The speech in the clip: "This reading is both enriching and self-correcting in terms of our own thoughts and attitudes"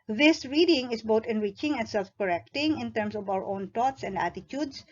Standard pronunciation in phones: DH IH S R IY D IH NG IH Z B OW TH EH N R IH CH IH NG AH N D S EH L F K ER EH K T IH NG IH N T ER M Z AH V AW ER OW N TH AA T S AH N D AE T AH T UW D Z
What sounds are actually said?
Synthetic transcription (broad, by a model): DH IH S R IY D IH NG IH S B OW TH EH N R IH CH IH NG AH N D S EH L F K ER EH K T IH NG IH N T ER M S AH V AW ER OW N T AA T S AH N D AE T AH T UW D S